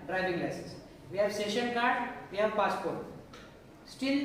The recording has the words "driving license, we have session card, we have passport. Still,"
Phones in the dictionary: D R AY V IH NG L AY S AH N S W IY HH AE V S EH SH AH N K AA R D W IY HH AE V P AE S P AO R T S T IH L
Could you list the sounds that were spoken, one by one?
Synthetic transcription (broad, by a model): D R AY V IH NG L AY S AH S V IY HH AE V S EH SH AH N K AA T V IY HH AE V P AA S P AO R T S T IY L